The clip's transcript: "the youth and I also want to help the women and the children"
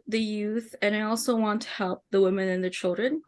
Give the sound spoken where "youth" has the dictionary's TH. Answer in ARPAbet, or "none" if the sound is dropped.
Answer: TH